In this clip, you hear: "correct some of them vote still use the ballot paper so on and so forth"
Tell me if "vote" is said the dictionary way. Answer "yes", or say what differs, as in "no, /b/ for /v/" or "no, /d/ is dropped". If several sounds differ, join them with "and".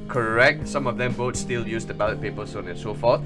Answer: no, /b/ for /v/